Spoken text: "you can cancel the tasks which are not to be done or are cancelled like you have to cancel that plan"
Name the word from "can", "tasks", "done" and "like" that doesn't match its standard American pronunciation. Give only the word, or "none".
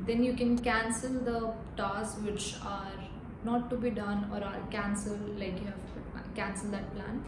tasks